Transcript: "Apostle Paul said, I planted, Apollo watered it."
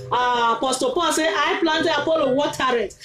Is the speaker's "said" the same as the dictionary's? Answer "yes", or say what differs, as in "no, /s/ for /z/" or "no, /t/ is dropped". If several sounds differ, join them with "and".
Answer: no, /d/ is dropped